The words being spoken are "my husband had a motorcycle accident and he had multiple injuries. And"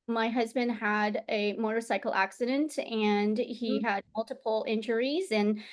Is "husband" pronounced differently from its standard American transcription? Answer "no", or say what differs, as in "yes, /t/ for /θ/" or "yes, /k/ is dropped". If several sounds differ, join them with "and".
no